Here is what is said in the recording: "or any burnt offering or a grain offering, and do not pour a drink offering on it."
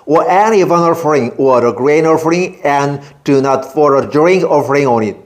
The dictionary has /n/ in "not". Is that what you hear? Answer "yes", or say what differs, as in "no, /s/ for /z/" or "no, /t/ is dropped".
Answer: yes